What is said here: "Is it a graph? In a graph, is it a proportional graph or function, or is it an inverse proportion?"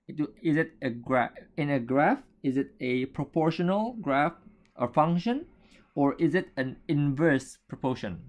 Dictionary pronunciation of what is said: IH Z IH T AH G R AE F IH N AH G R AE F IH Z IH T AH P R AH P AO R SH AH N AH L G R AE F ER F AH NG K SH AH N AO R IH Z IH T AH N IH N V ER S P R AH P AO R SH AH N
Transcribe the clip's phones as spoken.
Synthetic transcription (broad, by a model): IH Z IH T AH G R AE IH N AH G R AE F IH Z IH T AH P R AH P AO R SH AH N AH L G R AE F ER F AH NG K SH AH N AO R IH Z IH T AH N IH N V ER S P R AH P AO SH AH N